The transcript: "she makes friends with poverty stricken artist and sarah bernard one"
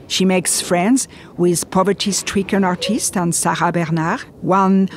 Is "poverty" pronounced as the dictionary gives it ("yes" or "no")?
yes